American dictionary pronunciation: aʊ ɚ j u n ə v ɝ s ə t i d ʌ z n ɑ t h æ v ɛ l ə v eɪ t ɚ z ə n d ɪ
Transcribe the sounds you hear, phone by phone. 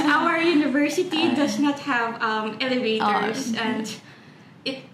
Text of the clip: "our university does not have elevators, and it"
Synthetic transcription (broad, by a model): aʊ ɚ j u n ə v ɝ s ə t i d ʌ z n ɑ t h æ v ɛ l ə v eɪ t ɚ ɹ ə n d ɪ